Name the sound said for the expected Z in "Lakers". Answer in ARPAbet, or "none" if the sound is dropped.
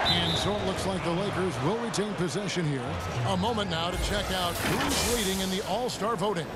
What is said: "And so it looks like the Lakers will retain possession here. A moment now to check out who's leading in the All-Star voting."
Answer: Z